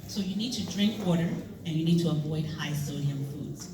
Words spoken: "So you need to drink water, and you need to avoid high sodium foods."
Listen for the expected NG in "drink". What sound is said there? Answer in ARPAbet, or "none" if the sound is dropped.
NG